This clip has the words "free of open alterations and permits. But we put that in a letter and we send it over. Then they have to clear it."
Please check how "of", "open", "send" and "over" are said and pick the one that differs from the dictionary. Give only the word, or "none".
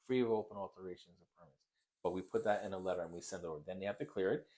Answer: none